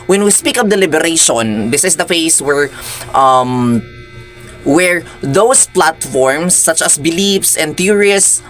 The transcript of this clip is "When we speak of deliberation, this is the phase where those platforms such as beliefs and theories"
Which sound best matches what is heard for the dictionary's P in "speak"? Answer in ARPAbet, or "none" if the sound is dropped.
P